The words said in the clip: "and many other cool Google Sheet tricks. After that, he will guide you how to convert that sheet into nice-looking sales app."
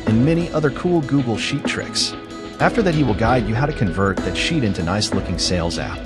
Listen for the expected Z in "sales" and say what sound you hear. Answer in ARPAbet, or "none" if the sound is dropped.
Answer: Z